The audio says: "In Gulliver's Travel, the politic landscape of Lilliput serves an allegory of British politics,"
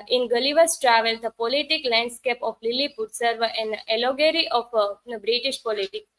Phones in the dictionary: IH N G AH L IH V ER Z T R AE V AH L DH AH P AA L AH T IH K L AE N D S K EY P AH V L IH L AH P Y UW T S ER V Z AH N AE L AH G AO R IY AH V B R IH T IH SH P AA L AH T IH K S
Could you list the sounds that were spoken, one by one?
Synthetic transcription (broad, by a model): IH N G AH L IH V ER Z T R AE V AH L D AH P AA L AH T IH K L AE N D S K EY P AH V L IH L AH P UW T S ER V AH N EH L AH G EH R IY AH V B R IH T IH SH P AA L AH T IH K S